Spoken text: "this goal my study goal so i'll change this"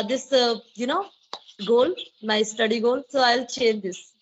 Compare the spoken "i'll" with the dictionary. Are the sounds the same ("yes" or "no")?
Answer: yes